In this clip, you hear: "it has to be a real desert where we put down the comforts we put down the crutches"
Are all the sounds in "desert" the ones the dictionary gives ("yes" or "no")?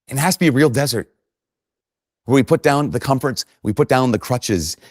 yes